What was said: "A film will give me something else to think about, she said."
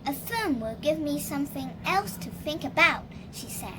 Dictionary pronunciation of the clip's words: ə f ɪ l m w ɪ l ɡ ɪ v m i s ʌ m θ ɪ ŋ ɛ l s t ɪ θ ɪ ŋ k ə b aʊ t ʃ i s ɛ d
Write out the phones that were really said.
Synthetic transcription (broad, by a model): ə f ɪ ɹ m w ɪ l ɡ ɪ v m i s ʌ m θ ɪ ŋ ɛ l s t ɪ θ ɪ ŋ k ə b aʊ t ʃ i s ɛ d